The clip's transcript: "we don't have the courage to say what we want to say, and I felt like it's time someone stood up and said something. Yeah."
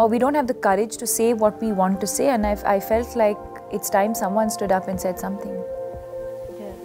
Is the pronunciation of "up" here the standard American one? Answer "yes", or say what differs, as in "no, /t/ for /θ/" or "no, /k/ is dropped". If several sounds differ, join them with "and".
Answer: yes